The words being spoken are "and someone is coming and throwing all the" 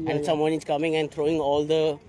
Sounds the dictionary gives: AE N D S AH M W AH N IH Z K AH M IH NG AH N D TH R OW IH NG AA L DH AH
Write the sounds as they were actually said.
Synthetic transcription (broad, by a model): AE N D S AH M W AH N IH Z K AH M IH NG AH N D T R OW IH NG AA L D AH